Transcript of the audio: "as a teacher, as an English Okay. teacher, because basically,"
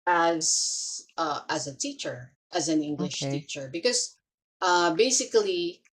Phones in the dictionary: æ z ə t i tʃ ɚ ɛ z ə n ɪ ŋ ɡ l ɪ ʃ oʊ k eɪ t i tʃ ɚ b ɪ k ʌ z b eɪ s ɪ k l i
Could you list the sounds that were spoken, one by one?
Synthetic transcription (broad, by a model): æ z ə t i tʃ ɚ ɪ z ə n ɪ ŋ ɡ l ɪ ʃ t i tʃ ɚ b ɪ k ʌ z b eɪ s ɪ k l i